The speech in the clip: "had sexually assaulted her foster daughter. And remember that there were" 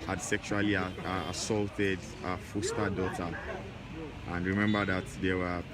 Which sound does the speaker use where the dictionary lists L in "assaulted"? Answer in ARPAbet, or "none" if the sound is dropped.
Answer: L